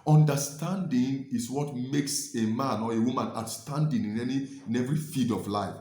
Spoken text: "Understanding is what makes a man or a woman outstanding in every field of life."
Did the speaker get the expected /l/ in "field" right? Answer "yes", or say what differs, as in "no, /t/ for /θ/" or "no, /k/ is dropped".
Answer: no, /l/ is dropped